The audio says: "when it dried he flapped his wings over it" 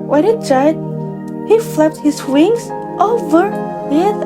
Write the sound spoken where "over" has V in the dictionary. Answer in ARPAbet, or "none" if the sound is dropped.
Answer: V